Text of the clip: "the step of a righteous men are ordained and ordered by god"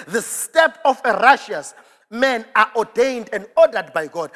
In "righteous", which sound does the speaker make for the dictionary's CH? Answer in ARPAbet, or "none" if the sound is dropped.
SH